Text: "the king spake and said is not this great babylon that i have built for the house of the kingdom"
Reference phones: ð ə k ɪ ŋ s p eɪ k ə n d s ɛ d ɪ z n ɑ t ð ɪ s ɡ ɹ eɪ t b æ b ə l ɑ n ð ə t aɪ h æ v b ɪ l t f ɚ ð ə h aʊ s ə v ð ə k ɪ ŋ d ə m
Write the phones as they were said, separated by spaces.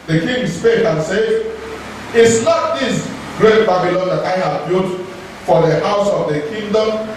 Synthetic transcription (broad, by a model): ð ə k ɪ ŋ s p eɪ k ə n s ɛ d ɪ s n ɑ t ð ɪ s ɡ ɹ eɪ t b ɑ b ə l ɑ n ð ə t aɪ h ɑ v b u t f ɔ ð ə h aʊ s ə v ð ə k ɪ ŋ d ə m